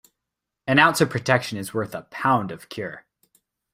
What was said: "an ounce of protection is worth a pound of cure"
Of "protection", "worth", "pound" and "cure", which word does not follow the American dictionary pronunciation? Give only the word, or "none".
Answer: none